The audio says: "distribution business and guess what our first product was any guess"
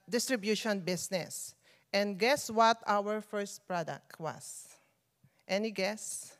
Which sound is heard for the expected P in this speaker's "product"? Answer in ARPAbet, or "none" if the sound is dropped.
P